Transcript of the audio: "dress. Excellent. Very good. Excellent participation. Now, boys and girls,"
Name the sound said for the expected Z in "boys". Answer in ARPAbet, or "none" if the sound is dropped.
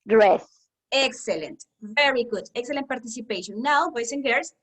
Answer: S